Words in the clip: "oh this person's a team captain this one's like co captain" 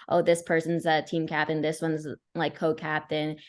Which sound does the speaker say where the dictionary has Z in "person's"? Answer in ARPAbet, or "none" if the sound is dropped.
Z